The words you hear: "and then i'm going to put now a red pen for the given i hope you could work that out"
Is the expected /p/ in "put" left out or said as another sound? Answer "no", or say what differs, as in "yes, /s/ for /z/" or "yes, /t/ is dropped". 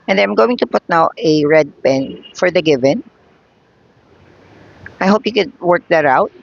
no